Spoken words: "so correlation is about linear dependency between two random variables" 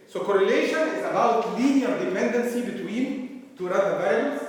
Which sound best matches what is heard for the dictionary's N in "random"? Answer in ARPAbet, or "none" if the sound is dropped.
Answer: none